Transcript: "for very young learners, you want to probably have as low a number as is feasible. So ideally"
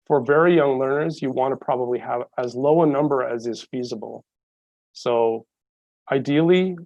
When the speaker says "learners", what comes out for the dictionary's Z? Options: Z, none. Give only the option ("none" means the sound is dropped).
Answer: Z